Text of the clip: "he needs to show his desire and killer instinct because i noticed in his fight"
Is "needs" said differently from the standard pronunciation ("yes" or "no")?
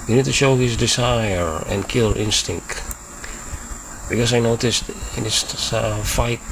yes